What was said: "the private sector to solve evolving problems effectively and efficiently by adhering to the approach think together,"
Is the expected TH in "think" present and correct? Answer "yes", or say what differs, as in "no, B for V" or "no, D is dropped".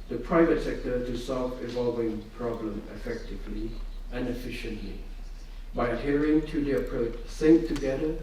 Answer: no, S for TH